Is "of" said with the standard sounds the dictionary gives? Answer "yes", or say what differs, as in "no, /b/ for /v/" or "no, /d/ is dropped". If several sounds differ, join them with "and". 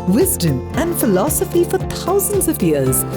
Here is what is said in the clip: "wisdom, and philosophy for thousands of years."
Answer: yes